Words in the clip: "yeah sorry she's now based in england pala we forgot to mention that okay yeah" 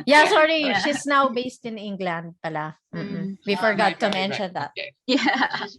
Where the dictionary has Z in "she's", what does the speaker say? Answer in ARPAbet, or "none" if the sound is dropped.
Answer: S